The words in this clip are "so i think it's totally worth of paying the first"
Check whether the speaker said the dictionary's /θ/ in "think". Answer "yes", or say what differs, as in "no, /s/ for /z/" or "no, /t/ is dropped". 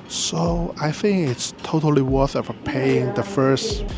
yes